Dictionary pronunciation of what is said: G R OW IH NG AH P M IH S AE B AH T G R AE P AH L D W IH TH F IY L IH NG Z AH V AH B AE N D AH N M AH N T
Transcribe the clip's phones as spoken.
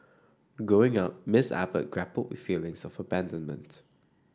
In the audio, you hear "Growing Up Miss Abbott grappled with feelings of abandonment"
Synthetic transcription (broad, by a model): G R OW IH NG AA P M IH S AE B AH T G R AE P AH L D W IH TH F IY L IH NG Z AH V AH B AE N D AH N M AH N T